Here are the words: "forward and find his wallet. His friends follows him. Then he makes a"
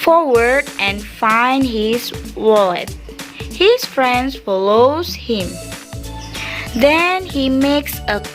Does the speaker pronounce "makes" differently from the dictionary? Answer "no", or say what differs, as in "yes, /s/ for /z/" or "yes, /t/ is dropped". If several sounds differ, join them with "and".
no